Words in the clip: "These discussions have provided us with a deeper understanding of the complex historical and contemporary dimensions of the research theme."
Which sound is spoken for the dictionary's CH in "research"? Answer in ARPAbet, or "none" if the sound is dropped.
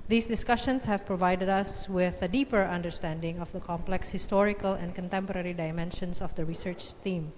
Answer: CH